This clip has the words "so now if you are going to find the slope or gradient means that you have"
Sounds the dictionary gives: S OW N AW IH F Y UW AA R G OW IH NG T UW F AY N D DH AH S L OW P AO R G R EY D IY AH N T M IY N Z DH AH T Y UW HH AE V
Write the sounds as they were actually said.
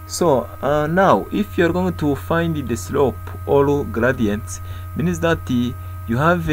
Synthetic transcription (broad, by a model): S OW N AW IH F Y UW AA R G OW IH NG T UW F AY N D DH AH S L OW P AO L G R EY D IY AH N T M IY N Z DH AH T Y UW HH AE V